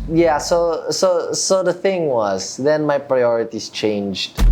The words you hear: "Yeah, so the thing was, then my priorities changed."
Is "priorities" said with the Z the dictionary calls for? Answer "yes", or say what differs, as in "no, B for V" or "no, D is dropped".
no, S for Z